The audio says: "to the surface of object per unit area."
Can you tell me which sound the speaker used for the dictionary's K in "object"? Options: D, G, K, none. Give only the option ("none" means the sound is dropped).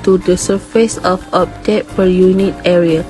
none